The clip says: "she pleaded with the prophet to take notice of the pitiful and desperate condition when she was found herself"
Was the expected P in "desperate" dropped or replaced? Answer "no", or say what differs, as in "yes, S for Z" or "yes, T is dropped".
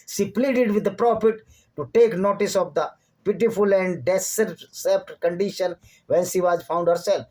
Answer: yes, P is dropped